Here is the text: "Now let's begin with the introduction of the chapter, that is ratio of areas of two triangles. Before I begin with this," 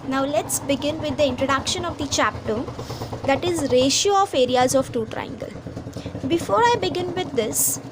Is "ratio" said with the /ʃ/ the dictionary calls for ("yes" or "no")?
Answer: yes